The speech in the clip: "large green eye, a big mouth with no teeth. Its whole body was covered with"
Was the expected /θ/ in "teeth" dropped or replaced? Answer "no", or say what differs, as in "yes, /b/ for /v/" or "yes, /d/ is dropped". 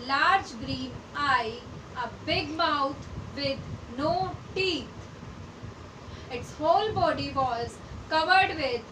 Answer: yes, /t/ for /θ/